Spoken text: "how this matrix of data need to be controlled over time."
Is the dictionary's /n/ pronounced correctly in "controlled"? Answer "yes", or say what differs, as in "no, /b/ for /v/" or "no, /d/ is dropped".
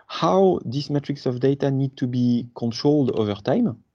yes